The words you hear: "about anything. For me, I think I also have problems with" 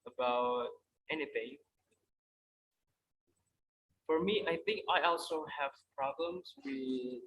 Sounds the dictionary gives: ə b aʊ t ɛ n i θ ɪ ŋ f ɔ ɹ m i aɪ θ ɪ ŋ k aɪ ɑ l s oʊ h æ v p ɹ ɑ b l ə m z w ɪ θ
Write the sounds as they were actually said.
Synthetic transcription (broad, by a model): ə b aʊ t ɛ n i θ ɪ ŋ f ɔ ɹ m i aɪ θ ɪ ŋ k aɪ ɑ l s oʊ h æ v p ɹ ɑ b l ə m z w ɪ